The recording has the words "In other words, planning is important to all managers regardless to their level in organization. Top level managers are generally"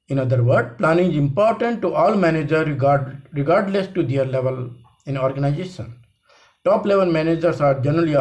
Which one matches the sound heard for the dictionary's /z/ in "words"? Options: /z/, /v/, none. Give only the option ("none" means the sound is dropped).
none